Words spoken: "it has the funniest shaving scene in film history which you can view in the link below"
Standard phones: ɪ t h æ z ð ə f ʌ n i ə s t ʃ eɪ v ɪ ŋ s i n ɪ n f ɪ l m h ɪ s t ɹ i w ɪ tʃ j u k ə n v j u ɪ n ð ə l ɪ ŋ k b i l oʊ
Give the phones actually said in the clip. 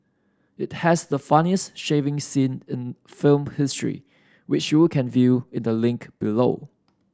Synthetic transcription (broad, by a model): ɪ t h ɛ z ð ə f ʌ n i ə s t ʃ eɪ v ɪ ŋ s i n ɪ n f ɪ l m h ɪ s t ɹ i w ɪ tʃ j u k ə n v j u ɪ n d ə l ɪ ŋ k b i l oʊ